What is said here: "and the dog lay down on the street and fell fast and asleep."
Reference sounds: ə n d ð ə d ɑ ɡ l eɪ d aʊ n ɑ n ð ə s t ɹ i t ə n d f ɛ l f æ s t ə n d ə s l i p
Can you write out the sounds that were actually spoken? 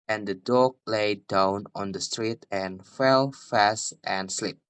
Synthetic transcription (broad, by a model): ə n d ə d ɑ ɡ l eɪ d aʊ n ɑ n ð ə s t ɹ i t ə n f ɛ l f æ s t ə n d s l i p